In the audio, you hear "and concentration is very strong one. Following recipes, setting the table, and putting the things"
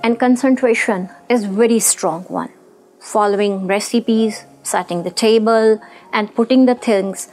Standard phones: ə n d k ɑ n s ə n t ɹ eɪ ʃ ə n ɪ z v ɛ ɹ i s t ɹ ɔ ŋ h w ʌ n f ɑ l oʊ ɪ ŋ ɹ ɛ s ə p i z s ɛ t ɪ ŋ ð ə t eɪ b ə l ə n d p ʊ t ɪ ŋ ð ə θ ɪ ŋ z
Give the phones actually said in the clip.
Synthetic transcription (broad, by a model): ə n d k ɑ n s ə n t ɹ eɪ ʃ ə n ɪ z v ɛ ɹ i s t ɹ ɔ ŋ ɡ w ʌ n f ɑ l oʊ ɪ ŋ ɹ ɛ s ə p i z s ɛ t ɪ ŋ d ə t eɪ b ə l ə n d p ʊ t ɪ ŋ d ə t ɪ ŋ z